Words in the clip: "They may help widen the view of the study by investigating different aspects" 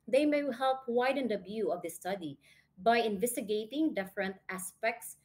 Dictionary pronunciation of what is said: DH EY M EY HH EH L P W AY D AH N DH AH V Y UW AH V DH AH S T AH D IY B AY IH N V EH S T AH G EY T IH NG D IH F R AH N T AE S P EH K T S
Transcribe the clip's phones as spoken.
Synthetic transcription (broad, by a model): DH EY M EY HH EH L P W AY D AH N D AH B Y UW AH V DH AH S T AH D IY B AY IH N V EH S T AH G EY T IH NG D IH F R AH N T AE S P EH K T S